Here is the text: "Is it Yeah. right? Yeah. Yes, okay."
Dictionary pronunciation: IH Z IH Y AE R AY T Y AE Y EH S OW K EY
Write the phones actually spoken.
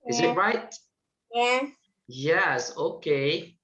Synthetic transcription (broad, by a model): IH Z IH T R AY T Y AE Y EH S OW K EY